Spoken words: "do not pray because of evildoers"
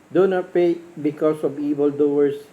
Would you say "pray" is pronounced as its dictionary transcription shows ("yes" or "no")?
no